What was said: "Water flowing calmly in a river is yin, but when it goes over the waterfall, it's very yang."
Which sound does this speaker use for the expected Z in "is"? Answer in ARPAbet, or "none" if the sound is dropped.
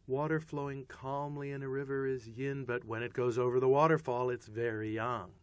Z